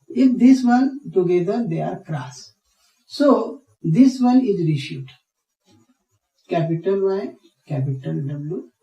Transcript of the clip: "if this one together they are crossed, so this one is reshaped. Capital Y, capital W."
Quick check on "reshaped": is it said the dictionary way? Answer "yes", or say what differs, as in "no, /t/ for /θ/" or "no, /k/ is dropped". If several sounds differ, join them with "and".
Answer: no, /p/ is dropped